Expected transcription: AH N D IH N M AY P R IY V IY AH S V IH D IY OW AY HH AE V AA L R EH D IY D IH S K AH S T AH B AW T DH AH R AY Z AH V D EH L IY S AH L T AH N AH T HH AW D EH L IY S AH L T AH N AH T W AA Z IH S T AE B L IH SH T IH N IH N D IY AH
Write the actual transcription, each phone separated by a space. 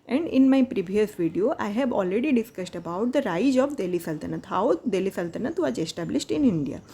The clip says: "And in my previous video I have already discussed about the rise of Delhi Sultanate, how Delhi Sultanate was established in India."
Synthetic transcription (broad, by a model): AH N D IH N M AY P R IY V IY AH S V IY D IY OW AY HH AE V AA L R EH D IY D IH S K AH S T AH B AW T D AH R AY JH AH B D EH L IY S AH L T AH N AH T HH AW D EH L IY S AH L T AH N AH T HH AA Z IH S T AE B L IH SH T IH N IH N D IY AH